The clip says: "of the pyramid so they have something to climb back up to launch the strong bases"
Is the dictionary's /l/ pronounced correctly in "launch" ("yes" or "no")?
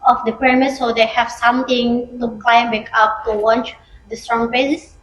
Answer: no